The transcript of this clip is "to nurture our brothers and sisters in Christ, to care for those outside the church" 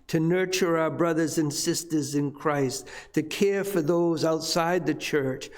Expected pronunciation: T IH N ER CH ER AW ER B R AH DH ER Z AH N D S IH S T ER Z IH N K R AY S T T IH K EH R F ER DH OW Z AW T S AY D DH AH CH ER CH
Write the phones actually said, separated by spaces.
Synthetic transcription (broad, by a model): T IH N ER CH ER AW ER B R AH DH ER Z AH N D S IH S T ER Z IH N K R AY S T T IH K EH R F ER DH OW Z AW T S AY D DH AH CH ER CH